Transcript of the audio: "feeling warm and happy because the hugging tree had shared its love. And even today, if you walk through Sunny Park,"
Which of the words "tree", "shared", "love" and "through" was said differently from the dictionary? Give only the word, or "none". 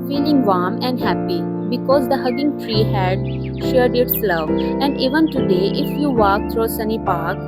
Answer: through